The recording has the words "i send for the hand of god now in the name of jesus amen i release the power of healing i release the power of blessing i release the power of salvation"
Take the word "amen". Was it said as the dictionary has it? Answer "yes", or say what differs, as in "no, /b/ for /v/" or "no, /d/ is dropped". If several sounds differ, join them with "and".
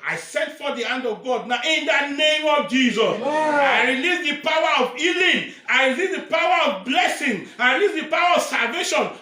no, /m/ is dropped